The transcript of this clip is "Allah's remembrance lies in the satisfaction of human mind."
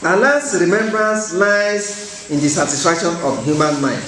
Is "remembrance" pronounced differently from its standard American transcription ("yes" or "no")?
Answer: no